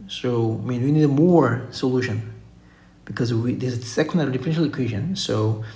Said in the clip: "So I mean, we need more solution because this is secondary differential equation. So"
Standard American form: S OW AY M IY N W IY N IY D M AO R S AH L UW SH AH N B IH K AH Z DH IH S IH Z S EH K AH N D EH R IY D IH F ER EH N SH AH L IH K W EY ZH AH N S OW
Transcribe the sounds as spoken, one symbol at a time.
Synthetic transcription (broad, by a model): S OW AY M IY N W IY N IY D M AO R S AH L UW SH AH N B IH K AH Z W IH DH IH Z S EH K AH D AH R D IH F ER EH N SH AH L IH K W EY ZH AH N S OW